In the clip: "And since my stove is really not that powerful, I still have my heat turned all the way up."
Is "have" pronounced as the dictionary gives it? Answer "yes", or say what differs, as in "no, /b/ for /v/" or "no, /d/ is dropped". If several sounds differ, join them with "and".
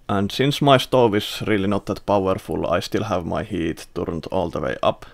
yes